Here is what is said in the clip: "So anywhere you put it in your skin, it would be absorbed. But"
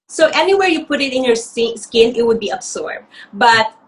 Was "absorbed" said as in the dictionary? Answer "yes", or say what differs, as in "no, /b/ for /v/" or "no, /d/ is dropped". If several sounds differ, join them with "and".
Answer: no, /s/ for /z/